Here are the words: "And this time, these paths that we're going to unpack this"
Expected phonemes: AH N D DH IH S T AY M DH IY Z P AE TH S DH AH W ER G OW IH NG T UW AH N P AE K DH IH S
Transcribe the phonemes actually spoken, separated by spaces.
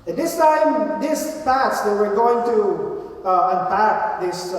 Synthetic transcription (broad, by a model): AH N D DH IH S T AY M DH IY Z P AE T S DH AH W ER G OW IH NG T UW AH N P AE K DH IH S